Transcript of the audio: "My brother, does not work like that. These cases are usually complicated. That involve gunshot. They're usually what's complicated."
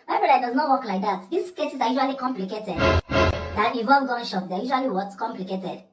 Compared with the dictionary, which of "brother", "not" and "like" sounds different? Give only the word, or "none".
brother